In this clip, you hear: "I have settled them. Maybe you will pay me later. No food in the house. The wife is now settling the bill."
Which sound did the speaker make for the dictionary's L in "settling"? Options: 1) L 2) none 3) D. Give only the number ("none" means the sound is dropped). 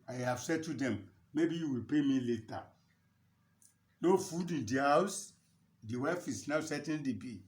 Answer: 2